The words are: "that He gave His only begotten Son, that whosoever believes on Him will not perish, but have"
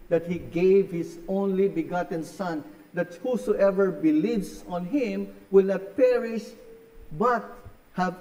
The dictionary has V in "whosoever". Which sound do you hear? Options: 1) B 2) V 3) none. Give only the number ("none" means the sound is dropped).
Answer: 2